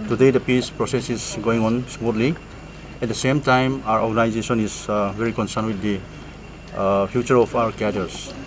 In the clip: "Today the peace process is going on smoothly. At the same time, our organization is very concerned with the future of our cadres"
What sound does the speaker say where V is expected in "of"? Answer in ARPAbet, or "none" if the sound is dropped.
P